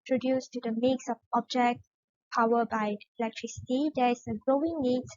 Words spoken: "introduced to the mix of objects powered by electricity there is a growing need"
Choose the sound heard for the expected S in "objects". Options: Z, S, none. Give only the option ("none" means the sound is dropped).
none